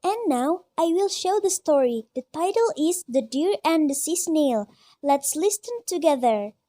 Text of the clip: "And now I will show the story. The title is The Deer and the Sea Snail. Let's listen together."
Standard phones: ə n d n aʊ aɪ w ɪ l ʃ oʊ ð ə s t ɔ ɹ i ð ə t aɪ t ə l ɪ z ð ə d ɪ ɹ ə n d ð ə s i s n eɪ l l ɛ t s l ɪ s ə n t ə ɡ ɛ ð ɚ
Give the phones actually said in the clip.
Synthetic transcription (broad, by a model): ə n n aʊ aɪ w ɪ l ʃ oʊ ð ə s t ɔ ɹ i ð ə t aɪ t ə l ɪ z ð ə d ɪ ɹ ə n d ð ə s i s n eɪ l l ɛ t s l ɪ s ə n t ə ɡ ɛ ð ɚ